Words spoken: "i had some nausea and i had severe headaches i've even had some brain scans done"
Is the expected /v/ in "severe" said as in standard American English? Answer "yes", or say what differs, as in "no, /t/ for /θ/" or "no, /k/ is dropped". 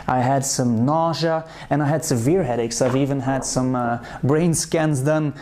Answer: yes